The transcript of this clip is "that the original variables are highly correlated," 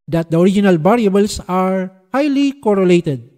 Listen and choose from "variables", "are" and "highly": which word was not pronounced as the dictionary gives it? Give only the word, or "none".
variables